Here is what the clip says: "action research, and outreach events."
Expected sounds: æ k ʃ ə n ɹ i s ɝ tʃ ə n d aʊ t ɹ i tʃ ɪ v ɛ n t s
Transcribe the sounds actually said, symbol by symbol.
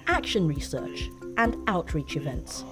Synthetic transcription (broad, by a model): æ k ʃ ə n ɹ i s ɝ tʃ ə n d aʊ t ɹ i tʃ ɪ v ɛ n t s